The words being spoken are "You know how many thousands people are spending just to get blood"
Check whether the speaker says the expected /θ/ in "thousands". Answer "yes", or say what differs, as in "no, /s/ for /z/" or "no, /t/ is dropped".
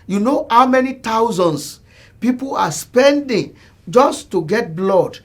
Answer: no, /t/ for /θ/